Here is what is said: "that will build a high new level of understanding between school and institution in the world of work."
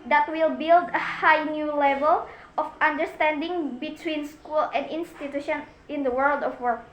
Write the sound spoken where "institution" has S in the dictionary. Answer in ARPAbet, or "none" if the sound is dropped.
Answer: S